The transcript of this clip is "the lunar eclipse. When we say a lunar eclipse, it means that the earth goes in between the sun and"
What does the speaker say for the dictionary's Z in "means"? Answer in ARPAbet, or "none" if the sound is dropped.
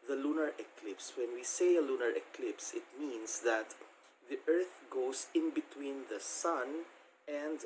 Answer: S